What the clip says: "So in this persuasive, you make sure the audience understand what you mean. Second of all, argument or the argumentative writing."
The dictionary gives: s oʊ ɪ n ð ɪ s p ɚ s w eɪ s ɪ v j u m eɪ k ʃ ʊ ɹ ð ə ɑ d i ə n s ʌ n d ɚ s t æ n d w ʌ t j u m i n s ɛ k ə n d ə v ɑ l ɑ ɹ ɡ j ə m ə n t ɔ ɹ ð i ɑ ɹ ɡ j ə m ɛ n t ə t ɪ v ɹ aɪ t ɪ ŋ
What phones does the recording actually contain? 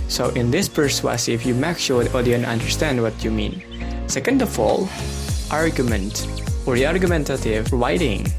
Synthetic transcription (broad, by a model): s oʊ ɪ n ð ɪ s p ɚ s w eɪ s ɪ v j u m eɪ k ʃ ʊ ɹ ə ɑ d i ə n ʌ n d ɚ s t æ n d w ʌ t j u m i n s ɛ k ə n d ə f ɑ l ɑ ɹ ɡ j ə m ə n t ɔ ɹ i ɑ ɹ ɡ j ə m ɛ n t ə t ɪ v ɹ aɪ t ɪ ŋ